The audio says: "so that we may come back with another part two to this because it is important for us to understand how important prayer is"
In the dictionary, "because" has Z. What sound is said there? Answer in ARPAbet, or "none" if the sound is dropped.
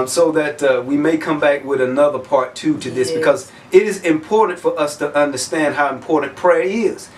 Z